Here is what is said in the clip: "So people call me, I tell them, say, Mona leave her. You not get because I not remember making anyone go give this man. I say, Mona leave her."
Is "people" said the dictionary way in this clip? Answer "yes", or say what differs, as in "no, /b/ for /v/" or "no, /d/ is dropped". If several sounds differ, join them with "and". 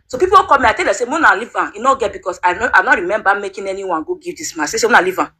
no, /w/ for /l/